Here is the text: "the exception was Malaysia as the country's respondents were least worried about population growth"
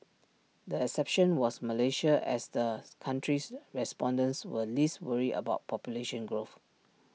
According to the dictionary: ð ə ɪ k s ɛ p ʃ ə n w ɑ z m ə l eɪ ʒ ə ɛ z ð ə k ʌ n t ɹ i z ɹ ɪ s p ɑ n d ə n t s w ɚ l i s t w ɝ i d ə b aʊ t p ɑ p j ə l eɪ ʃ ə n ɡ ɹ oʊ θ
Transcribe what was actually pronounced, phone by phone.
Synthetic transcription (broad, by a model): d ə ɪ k s ɛ p ʃ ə n w ɑ s m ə l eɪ ʃ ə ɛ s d ə k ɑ n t ɹ i s ɹ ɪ s p ɑ n d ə n s w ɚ l i s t w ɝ i ə b aʊ t p ɑ p j ə l eɪ ʃ ə n ɡ ɹ oʊ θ